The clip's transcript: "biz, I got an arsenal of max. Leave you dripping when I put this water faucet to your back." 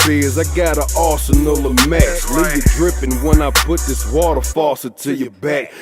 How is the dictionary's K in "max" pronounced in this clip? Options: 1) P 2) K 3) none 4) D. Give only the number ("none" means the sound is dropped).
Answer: 3